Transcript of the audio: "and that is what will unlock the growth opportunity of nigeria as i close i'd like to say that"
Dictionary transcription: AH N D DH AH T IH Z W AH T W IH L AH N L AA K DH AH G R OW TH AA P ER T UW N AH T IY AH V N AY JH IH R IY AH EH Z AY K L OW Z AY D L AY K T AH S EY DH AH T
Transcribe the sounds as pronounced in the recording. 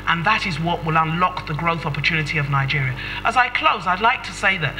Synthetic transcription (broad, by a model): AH N DH AH T IH Z W AH T W IH L AH N L AA K DH AH G R OW TH AA P ER T UW N AH T IY AH V N AY JH IH R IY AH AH Z AY K L OW Z AY D L AY K T AH S EY DH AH T